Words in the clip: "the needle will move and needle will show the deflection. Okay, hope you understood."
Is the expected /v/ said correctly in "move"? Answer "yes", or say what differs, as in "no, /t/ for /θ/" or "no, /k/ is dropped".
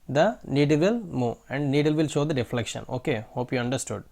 no, /v/ is dropped